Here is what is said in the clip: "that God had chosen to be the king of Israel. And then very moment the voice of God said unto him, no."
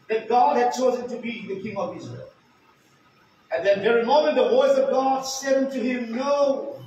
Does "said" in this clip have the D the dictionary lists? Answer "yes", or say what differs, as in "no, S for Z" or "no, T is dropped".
yes